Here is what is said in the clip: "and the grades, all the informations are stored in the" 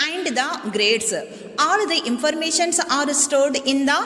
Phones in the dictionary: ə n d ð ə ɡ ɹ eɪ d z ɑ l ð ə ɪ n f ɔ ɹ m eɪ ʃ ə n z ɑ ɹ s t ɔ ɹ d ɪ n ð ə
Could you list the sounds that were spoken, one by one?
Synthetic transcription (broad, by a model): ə n d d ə ɡ ɹ eɪ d s ɑ l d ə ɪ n f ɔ ɹ m eɪ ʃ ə n s ɑ ɹ s t ɔ ɹ d ɪ n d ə